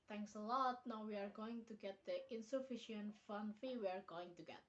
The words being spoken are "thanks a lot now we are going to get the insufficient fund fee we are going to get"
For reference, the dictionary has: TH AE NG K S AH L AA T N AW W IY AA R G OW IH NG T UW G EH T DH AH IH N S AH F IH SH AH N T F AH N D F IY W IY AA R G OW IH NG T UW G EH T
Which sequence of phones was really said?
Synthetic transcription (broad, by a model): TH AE NG K S AH L AA T N AW W IY AA R G OW IH NG T UW G EH T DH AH IH N S AH F IH SH AH N T F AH N F IY W IY AA R G OW IH NG T UW G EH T